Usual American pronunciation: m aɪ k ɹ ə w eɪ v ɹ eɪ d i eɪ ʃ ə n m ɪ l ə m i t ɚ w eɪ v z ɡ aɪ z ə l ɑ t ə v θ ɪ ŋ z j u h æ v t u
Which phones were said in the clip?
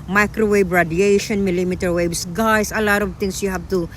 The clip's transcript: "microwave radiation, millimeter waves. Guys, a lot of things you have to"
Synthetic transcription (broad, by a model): m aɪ k ɹ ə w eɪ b ɹ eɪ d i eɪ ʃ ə n m ɪ l ə m i t ɚ w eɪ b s ɡ aɪ s ə l ɑ t ə v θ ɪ ŋ s j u h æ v t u